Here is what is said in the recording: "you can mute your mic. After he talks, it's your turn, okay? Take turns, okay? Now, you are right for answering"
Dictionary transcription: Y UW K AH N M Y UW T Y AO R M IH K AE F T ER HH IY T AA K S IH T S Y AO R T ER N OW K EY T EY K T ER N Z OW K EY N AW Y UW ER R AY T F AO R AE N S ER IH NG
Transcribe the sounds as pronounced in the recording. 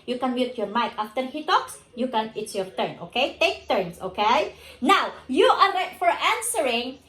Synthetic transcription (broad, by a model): Y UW K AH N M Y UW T Y AO R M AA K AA F T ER HH IY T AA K S IH T S Y AO R T ER N OW K EY T EY K T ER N S OW K EY N AW Y UW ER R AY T F AO R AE N S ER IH NG